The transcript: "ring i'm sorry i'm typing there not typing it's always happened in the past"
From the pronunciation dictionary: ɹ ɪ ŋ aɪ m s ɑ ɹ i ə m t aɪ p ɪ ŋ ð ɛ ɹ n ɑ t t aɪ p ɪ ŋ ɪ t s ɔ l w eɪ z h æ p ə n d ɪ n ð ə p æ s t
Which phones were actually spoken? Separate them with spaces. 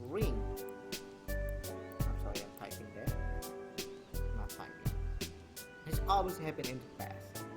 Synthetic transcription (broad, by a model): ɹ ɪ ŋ aɪ m s ɑ ɹ i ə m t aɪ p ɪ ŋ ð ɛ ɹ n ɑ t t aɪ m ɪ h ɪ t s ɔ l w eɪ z h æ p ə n ɪ n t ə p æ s